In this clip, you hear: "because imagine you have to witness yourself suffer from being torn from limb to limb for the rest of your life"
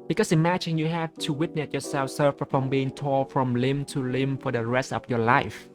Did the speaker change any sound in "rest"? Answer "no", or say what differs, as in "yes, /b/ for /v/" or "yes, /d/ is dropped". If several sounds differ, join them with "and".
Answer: no